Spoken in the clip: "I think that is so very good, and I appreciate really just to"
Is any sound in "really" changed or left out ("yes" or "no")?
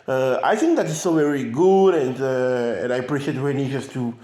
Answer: yes